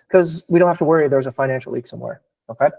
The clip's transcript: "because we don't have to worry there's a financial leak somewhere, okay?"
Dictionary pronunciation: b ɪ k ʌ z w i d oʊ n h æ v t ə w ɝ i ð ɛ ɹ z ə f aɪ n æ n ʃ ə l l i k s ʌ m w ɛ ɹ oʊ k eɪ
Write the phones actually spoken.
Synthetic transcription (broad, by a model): k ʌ z w i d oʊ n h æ f t ə w ɝ i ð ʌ ɹ z ə f aɪ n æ n ʃ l l i k s ʌ m w ɛ ɹ oʊ k eɪ